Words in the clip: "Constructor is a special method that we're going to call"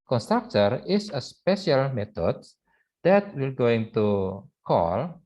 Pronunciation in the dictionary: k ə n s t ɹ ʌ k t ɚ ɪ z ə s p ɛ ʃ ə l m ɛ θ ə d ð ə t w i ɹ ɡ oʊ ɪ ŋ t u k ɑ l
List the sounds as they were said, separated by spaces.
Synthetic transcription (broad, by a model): k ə n s t ɹ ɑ k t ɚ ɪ s ə s p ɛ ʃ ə l m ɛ t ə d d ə t w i l ɡ oʊ ɪ ŋ t u k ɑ l